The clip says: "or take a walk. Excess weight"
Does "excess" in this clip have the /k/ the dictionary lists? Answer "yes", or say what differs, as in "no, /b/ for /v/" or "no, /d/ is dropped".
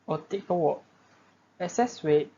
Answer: no, /k/ is dropped